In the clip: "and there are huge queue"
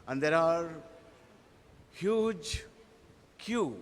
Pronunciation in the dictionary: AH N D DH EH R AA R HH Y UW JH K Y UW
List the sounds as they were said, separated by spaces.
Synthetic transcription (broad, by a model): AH N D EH R AA R HH Y UW JH K Y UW